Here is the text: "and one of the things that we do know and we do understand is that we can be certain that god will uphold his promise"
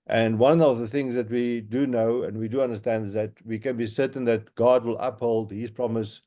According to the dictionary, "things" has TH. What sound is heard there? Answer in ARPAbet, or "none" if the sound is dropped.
TH